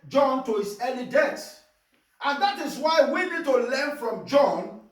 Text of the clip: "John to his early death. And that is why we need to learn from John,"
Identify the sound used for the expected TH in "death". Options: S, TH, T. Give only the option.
S